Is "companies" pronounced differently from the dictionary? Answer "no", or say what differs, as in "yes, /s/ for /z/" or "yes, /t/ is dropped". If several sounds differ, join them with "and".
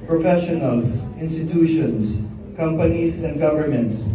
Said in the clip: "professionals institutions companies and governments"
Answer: yes, /s/ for /z/